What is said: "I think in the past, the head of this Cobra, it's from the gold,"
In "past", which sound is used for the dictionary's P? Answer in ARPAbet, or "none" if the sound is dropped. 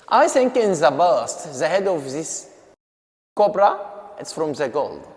B